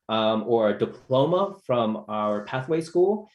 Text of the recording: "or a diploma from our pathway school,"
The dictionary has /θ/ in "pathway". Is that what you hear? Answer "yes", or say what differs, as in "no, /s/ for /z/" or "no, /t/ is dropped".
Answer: yes